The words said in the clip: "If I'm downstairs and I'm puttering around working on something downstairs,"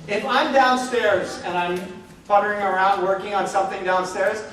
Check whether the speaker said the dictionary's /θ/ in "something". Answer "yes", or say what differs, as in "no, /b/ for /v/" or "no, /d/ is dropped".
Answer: yes